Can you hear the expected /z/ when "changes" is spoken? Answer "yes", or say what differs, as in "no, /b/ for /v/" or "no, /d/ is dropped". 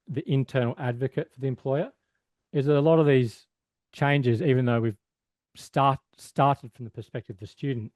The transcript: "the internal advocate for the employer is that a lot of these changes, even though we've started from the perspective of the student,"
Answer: yes